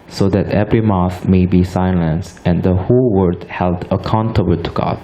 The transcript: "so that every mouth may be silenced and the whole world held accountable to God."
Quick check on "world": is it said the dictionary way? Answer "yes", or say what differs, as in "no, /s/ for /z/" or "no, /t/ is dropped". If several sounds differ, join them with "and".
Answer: no, /l/ is dropped